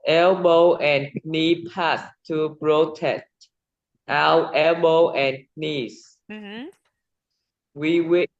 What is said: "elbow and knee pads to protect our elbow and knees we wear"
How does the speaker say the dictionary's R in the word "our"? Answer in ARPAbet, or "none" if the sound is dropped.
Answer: W